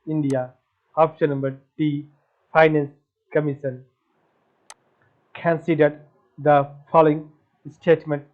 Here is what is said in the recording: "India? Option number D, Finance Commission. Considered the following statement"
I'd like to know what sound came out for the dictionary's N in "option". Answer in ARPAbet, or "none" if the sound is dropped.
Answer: L